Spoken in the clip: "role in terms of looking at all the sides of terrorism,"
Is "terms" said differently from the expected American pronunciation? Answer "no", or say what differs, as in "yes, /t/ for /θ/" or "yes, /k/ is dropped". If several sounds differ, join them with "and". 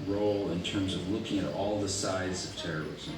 no